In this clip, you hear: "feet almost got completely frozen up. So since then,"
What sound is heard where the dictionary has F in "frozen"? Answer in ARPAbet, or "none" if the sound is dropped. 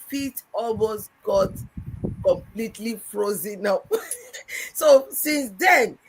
F